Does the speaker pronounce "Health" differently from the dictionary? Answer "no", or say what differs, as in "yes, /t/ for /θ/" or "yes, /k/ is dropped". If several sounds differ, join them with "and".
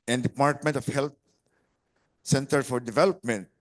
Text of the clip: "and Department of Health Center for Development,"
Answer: yes, /t/ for /θ/